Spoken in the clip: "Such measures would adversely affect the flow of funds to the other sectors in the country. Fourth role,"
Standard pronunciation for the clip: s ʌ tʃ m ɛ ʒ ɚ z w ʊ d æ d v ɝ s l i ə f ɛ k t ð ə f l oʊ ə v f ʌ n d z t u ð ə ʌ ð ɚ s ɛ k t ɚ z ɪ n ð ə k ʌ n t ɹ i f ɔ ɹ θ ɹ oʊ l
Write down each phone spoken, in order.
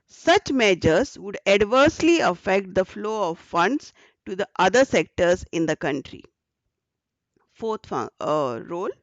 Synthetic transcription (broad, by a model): s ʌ tʃ m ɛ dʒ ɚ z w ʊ d æ d v ɝ s l i ə f ɛ k t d ə f l oʊ ə v f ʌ n d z t u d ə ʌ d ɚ s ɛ k t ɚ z ɪ n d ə k ʌ n t ɹ i f ɔ ɹ f ɹ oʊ l